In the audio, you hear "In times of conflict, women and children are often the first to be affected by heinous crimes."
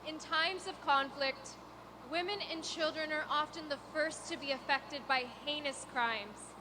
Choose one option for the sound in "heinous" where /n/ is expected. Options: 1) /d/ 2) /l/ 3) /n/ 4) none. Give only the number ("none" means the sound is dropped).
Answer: 3